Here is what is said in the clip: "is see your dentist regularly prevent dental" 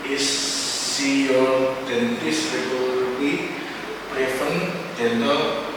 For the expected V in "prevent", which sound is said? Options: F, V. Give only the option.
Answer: F